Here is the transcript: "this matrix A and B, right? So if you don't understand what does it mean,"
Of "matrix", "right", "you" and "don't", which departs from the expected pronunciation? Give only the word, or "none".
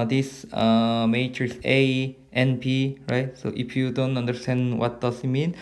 matrix